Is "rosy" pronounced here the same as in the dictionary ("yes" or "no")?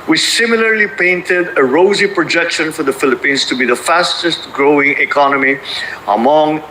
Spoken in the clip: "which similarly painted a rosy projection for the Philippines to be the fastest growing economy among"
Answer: yes